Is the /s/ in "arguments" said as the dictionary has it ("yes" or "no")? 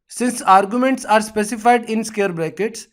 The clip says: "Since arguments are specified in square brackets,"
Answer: yes